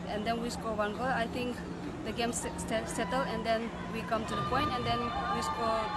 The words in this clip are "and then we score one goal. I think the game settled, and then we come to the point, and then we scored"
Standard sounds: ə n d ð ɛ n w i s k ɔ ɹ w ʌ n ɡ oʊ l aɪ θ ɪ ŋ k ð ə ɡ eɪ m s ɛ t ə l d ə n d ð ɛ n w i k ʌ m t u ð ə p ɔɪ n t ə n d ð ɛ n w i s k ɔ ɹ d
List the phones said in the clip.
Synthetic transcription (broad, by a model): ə n d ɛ n w i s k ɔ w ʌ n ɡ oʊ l aɪ t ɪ ŋ k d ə ɡ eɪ m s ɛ t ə l ə n d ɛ n w i k ʌ m t u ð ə p ɔɪ n t ə n d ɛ n w i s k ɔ